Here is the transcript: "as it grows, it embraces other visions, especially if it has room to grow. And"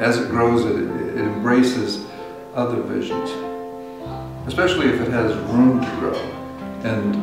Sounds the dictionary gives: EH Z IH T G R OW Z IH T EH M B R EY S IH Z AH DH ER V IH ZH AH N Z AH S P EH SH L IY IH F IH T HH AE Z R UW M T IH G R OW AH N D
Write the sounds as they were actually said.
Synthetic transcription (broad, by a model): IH Z IH T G R OW Z IH T EH M B R EY S IH Z AH DH ER V IH ZH AH N Z AH S P EH SH L IY IH F IH T HH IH Z R UW M T IH G R OW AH N